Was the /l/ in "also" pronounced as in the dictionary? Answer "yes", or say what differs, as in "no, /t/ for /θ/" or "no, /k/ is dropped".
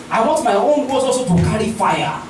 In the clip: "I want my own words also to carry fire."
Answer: no, /l/ is dropped